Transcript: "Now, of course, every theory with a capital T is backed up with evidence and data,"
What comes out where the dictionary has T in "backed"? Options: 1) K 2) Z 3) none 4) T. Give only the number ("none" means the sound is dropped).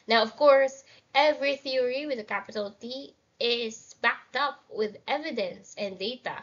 4